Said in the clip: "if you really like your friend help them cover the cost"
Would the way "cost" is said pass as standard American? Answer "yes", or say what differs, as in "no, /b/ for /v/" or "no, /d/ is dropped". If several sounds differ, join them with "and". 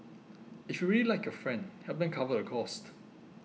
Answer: yes